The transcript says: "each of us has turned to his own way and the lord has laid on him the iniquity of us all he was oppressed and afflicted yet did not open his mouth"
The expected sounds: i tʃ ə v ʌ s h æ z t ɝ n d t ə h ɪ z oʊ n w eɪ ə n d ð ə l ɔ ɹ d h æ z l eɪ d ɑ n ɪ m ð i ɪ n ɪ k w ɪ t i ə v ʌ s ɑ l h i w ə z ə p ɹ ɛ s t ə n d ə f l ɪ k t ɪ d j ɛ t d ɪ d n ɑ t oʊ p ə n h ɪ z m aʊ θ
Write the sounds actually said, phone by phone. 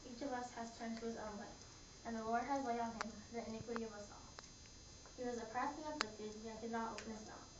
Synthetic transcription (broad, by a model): i tʃ ə v ʌ s h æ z t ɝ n t ə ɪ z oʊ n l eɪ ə n ð ə l ɔ ɹ d h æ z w eɪ ɑ n ɪ m ð i ɪ n ɪ k w ɪ t i ə v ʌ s ɑ l h i w ə z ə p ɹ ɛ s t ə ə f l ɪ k t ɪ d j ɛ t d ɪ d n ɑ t oʊ p ə n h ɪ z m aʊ